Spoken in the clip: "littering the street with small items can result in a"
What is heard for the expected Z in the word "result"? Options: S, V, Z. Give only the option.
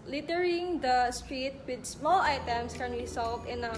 S